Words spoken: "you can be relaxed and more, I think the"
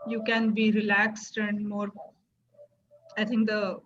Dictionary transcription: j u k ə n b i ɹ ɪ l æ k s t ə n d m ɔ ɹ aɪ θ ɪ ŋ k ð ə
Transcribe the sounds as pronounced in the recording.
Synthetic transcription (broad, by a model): j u k ə n b i ɹ ɪ l æ k s t ə n d m ɔ ɹ aɪ t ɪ ŋ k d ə